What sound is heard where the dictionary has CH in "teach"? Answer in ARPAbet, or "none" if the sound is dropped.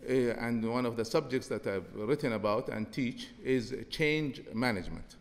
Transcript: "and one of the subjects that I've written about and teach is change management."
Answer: CH